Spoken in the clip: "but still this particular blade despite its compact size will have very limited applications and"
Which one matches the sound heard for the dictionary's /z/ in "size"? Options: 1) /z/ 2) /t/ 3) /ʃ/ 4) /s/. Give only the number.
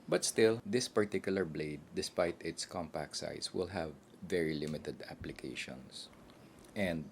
4